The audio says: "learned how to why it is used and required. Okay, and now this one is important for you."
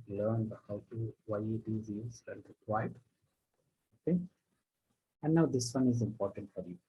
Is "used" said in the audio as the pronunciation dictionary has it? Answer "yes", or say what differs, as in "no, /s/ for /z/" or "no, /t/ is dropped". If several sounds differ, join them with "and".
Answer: no, /d/ is dropped